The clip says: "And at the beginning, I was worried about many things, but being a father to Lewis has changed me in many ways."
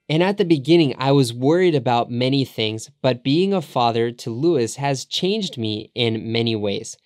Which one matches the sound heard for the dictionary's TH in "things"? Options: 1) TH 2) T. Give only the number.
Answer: 1